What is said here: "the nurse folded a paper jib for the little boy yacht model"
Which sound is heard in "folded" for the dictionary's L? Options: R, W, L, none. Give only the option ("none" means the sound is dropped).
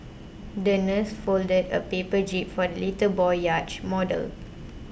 L